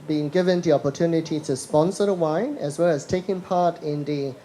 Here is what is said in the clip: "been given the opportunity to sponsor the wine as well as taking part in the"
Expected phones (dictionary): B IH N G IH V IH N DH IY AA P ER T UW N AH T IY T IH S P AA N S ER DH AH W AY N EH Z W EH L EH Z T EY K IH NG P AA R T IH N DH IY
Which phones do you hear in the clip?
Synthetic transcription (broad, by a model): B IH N G IH V IH N DH IY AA P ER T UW N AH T IY T IH S P AA N S ER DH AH W AY N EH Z W EH L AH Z T EY K IH NG P AA R T IH N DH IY